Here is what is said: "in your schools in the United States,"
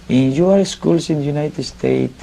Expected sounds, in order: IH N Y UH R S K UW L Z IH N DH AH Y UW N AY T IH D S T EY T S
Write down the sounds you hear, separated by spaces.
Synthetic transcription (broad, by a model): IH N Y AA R S K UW L S IH N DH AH Y UW N AY T IH D S T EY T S